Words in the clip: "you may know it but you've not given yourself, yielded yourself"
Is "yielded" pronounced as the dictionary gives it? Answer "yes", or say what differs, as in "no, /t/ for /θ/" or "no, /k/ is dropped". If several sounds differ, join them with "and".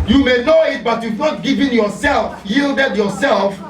yes